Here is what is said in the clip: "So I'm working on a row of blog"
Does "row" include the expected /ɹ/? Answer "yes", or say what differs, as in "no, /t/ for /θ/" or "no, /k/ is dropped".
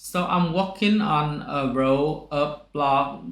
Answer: yes